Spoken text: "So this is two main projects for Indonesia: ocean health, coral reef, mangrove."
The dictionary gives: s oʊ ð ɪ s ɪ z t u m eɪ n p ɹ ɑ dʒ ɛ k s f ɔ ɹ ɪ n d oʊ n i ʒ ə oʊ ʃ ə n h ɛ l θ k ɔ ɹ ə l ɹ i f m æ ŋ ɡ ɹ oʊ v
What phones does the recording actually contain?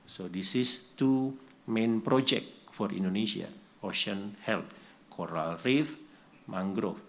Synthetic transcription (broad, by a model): s oʊ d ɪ s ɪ s t u m eɪ n p ɹ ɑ dʒ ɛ k f ɔ ɹ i n d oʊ n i s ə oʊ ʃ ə n h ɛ l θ k ɔ ɹ ə l ɹ i f m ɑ ŋ ɡ ɹ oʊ